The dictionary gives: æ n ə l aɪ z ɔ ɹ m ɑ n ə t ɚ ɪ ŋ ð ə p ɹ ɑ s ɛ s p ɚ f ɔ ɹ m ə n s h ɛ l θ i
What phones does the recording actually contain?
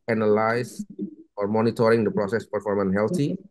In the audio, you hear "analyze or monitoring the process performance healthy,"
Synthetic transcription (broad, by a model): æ n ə l aɪ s ɔ ɹ m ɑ n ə t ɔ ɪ ŋ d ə p ɹ ɑ s ɛ s p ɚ f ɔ ɹ m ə n h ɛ l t i